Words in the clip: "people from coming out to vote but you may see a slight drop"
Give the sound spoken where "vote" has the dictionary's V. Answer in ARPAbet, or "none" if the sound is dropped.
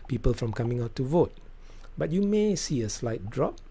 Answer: V